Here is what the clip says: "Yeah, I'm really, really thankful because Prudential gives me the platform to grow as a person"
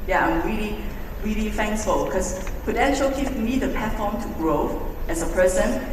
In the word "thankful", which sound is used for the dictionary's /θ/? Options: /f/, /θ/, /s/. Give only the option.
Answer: /f/